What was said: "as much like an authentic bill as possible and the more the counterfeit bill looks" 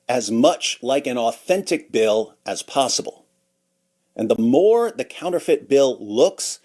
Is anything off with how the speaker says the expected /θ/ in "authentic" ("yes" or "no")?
no